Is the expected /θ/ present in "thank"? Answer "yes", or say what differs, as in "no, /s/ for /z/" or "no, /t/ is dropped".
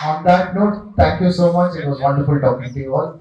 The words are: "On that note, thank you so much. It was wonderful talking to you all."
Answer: no, /t/ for /θ/